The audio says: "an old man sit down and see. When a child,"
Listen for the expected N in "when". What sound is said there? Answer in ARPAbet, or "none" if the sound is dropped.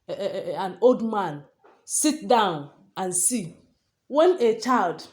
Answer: N